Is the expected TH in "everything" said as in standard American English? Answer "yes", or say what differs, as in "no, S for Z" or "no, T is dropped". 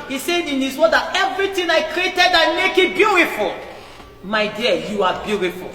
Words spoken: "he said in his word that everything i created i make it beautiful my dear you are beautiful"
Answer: no, T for TH